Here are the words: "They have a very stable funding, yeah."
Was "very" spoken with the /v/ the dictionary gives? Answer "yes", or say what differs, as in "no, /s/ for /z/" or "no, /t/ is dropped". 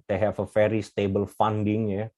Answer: no, /f/ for /v/